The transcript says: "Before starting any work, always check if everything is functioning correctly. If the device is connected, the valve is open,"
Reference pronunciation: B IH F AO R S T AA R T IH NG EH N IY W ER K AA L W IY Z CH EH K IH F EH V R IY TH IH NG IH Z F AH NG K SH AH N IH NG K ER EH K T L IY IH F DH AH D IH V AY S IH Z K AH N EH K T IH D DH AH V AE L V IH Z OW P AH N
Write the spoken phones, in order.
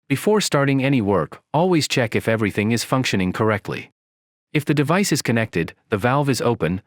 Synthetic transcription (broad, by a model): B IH F AO R S T AA R T IH NG EH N IY W ER K AA L W IY Z CH EH K IH F EH V R IY TH IH NG IH Z F AH NG K SH AH N IH NG K ER EH K T L IY IH F DH AH D IH V AY S IH Z K AH N EH K T IH D DH AH V AE L V IH Z OW P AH N